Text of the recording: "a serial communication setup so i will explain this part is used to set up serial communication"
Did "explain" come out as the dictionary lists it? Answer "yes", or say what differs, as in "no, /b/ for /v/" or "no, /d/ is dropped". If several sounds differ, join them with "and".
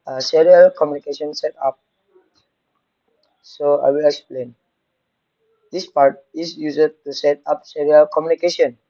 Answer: yes